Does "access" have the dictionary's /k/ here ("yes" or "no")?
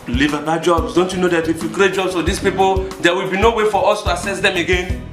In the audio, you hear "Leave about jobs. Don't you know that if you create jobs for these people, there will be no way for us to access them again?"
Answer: no